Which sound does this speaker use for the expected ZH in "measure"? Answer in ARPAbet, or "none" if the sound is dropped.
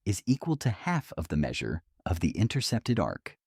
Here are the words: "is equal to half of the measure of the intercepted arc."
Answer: ZH